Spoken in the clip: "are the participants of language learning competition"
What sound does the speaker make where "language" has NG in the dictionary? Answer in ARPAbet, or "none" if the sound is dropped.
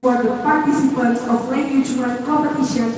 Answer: none